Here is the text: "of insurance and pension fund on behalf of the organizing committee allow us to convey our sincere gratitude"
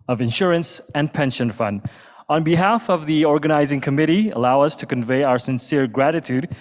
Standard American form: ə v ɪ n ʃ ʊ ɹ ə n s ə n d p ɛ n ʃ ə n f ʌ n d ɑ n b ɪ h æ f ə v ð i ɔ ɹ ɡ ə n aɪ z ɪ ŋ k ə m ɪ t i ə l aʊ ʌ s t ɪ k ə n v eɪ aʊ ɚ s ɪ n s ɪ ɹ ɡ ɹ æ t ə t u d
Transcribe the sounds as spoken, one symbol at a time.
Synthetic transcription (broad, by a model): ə v ɪ n ʃ ʊ ɹ ə n s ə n p ɛ n ʃ ə n f ʌ n d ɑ n b ɪ h æ f ə v ð i ɔ ɹ ɡ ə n aɪ z ɪ ŋ k ə m ɪ t i ə l aʊ ʌ s t ɪ k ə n v eɪ aʊ ɚ s ɪ n s ɪ ɹ ɡ ɹ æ t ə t u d